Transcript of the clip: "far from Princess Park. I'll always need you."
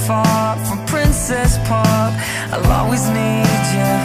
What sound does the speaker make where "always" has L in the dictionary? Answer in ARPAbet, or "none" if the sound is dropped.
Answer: none